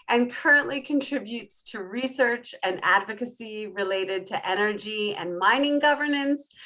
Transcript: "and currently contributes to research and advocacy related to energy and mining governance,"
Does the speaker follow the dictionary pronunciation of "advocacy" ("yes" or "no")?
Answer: yes